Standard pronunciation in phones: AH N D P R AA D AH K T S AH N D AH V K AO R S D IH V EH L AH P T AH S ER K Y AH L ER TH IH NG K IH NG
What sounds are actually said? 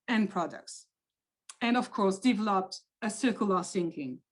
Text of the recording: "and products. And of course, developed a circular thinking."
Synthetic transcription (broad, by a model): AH N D P R AA D AH K T S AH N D AH V K AO R S D IH V EH L AH P T AH S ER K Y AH L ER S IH NG K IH NG